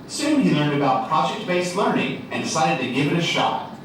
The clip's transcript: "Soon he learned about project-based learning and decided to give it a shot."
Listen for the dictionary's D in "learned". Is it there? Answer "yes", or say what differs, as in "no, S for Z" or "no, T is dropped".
yes